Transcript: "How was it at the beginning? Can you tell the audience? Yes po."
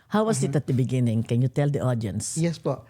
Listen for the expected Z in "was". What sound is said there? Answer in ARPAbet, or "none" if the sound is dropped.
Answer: S